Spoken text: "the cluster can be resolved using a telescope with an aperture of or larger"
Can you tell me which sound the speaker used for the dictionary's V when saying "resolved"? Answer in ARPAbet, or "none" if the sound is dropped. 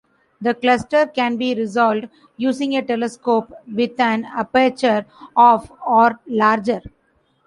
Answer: none